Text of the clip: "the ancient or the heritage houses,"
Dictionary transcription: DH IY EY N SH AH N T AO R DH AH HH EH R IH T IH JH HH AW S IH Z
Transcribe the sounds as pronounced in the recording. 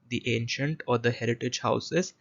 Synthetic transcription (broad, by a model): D IY EY N SH AH N T AO R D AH HH EH R IH T IH JH HH AW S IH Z